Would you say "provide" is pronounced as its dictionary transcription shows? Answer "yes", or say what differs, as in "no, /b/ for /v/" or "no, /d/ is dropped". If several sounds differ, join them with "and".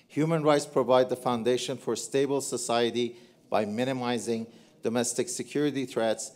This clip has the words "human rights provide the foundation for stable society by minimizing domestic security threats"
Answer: yes